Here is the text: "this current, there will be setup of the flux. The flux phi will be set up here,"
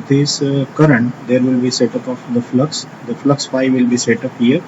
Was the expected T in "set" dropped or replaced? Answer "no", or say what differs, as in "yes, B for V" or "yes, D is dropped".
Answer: no